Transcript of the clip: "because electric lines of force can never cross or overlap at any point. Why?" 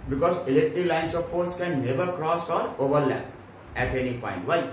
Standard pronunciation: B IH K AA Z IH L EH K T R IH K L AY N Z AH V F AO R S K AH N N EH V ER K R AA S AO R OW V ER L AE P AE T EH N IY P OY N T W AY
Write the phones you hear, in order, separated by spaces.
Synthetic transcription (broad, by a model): B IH K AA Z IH L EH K T R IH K L AY N S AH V F AO R S K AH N N EH V ER K R AA S AO R OW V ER L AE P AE T EH N IY P OY N T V AY